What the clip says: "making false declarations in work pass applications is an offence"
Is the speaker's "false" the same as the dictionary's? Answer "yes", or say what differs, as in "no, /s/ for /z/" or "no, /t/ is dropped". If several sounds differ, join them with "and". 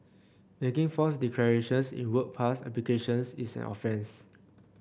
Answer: no, /l/ is dropped